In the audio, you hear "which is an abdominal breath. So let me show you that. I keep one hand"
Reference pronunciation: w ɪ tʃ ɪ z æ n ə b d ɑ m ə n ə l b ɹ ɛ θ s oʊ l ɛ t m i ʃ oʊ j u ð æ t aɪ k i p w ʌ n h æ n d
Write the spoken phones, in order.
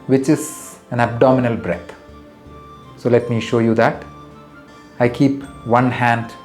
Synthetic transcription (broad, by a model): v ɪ tʃ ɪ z æ n ə b d ɑ m ə n ə l b ɹ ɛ t s oʊ l ɛ t m i ʃ oʊ j u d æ t aɪ k i p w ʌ n h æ n d